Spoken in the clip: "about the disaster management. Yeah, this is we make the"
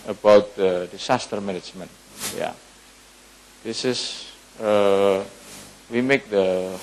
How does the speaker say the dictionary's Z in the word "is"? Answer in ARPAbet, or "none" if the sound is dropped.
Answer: S